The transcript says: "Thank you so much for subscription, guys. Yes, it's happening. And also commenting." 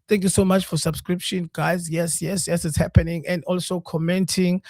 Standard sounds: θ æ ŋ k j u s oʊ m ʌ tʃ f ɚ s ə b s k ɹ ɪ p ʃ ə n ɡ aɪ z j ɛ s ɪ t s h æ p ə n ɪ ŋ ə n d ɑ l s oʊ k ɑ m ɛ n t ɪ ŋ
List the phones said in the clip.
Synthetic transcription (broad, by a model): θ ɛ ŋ k j u s oʊ m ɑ tʃ f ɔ s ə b s k ɹ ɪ p ʃ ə n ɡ aɪ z j ɛ s ɪ t s h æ p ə n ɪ ŋ ə n d ɑ l s oʊ k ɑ m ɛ n t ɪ ŋ